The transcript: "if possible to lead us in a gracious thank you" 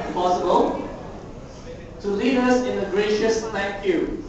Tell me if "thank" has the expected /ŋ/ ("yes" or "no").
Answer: no